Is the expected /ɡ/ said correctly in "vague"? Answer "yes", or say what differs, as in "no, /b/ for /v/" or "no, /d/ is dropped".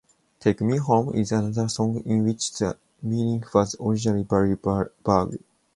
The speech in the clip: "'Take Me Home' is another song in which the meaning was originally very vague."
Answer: no, /ɡ/ is dropped